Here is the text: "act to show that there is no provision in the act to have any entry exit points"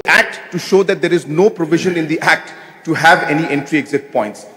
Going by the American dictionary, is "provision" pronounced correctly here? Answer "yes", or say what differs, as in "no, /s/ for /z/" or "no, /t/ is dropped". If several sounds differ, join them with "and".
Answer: yes